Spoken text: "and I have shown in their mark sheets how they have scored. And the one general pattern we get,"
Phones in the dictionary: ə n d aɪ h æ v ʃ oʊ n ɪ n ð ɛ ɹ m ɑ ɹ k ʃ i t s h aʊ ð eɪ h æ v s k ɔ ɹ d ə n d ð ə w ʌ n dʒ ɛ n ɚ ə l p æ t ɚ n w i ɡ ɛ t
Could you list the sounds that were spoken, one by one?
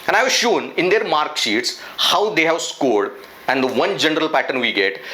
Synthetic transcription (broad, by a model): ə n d aɪ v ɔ ʃ oʊ n ɪ n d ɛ ɹ m ɑ ɹ k ʃ i t s h aʊ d eɪ h æ v s k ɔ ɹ d ə n d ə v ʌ n dʒ ɛ n ɚ ə l p æ t ɚ n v i ɡ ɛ t